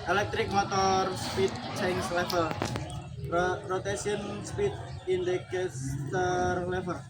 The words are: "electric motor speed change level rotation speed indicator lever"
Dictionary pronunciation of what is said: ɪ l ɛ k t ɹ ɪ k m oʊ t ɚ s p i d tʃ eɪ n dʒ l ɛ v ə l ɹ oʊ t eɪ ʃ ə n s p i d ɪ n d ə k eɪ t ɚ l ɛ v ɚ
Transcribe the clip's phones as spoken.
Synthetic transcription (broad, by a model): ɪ l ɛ k t ɹ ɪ k m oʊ t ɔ s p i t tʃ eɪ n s l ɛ f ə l ɹ oʊ t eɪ s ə n s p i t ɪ n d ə k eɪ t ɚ l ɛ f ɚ